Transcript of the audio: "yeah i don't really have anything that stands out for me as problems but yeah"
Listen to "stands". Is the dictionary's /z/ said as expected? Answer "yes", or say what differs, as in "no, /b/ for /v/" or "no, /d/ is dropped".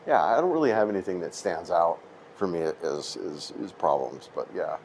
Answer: yes